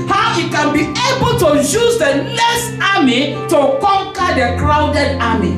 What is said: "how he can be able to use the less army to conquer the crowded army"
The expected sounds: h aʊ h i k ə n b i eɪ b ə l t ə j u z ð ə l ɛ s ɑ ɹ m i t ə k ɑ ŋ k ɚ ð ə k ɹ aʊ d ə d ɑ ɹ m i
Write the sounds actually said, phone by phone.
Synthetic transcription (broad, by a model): h aʊ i k ə n b i eɪ b ə l t ə j u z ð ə n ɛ s ɑ m i t ə k ɑ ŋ k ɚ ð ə k ɹ aʊ d ə d ɑ m i